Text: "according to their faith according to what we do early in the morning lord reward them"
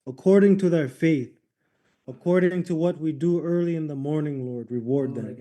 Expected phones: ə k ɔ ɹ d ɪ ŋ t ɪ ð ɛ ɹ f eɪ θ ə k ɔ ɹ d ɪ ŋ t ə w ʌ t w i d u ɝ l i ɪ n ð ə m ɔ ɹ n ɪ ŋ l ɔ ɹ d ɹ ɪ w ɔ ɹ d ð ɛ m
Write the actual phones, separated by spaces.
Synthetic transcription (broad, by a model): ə k ɔ ɹ d ɪ ŋ t ɪ ð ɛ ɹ f eɪ θ ə k ɔ ɹ d ɪ ŋ t ə w ʌ t w i d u ɝ l i ɪ n ð ə m ɔ ɹ n ɪ ŋ l ɔ ɹ d ɹ ɪ w ɔ ɹ d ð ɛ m